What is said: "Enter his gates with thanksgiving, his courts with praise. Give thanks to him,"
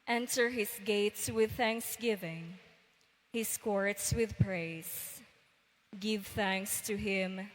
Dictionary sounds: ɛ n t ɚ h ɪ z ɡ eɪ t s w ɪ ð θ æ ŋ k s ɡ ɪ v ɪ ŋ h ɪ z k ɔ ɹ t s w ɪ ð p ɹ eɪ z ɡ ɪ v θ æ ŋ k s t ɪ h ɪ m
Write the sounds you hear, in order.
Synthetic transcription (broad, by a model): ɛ n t ɚ h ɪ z ɡ eɪ t s w ɪ ð θ æ ŋ k s ɡ ɪ v ɪ ŋ h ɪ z k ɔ ɹ t s w ɪ ð p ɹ eɪ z ɡ ɪ v θ æ ŋ k s t ɪ h ɪ m